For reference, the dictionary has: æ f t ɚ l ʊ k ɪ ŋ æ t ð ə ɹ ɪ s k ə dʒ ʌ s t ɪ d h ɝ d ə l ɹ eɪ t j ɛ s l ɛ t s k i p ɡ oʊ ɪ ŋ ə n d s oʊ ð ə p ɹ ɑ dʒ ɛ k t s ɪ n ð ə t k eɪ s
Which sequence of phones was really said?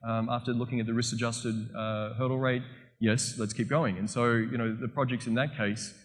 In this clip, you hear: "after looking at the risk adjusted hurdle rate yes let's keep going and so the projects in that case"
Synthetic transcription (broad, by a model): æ f t ɚ l ʊ k ɪ ŋ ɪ t ð ə ɹ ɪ s ə dʒ ʌ s t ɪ d h ɝ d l ɹ eɪ t j ɛ s l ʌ t s k i p ɡ oʊ ɪ ŋ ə n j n oʊ ð ə p ɹ ɑ dʒ ɛ k t s ɪ n ð ə t k eɪ s